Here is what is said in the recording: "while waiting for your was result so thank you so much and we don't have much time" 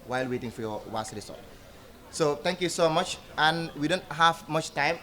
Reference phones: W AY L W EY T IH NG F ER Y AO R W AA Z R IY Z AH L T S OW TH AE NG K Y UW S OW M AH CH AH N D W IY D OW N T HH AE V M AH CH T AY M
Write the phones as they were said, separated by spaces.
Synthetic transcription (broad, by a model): W AY L W EY T IH NG F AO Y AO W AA S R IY S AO T S OW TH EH NG K Y UW S OW M AH CH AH N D W IY D OW N T HH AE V M AH CH T AY M